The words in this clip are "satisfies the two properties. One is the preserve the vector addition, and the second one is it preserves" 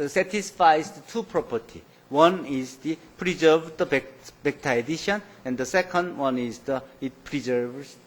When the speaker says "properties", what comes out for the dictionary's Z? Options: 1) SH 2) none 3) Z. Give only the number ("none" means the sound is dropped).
2